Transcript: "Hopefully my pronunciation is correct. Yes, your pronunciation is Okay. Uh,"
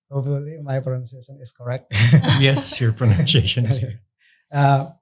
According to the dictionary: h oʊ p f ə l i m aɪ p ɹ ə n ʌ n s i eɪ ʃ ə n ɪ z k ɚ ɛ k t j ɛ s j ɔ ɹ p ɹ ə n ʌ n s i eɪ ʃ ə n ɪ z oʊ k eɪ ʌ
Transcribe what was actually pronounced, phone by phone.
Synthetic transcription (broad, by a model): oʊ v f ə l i m aɪ p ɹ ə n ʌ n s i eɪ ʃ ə n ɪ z k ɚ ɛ k t j ɛ s j ɔ ɹ p ɹ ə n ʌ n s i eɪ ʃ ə n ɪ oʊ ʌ